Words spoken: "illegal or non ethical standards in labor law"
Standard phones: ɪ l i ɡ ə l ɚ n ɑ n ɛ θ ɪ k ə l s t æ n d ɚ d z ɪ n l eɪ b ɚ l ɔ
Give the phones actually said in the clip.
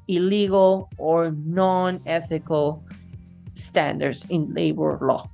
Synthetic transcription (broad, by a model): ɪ l i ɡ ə l ɚ n ɑ n ɛ θ ɪ k ə l s t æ n d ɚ d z ɪ n l eɪ b ɚ l ɔ